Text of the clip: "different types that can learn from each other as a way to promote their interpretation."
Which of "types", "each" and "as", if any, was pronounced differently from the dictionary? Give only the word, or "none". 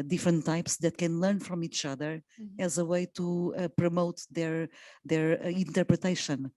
none